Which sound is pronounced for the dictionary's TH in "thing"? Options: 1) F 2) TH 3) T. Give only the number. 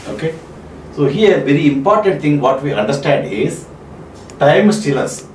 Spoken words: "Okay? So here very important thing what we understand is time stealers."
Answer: 3